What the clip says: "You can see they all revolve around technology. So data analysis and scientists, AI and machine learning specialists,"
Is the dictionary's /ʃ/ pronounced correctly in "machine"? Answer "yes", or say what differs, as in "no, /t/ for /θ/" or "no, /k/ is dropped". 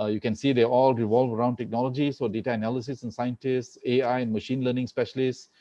yes